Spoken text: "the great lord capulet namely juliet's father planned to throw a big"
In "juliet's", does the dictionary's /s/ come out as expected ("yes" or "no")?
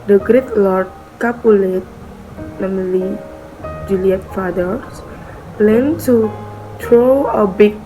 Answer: no